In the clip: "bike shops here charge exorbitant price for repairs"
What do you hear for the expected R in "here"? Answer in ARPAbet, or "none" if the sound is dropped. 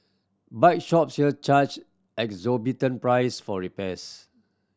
L